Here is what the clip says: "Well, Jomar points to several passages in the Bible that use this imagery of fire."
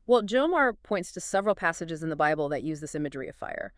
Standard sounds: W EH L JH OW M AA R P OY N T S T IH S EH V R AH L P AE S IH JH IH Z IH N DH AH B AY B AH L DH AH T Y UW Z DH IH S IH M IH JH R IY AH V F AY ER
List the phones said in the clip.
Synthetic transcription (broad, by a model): W EH L JH OW M AA R P OY N T S T IH S EH V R L P AE S IH JH IH Z IH N DH AH B AY B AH L DH AH T Y UW Z DH IH S IH M IH JH R IY AH V F AY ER